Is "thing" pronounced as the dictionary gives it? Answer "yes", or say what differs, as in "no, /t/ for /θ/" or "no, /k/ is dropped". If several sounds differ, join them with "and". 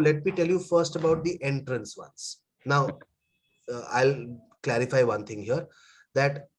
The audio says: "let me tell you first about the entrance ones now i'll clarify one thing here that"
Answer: no, /t/ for /θ/